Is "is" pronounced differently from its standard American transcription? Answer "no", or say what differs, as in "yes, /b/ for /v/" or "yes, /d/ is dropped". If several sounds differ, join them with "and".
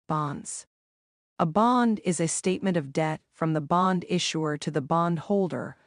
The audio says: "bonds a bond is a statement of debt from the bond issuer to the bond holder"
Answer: no